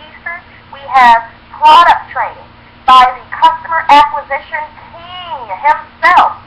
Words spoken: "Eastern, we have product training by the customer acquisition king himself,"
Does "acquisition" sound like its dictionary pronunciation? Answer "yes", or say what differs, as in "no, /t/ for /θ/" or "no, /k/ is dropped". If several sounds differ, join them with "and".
yes